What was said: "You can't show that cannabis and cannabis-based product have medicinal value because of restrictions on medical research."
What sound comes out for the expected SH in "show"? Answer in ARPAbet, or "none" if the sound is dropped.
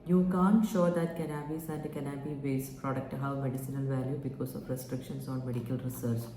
SH